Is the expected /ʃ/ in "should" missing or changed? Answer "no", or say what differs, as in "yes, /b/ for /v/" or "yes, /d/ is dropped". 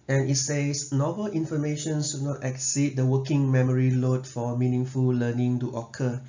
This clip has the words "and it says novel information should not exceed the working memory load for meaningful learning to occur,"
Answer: yes, /s/ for /ʃ/